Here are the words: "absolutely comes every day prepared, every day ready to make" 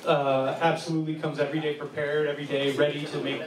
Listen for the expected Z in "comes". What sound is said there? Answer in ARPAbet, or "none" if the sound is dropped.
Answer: Z